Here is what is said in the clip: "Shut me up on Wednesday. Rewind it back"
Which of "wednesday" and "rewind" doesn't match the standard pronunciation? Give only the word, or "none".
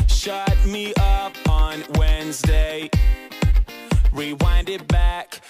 none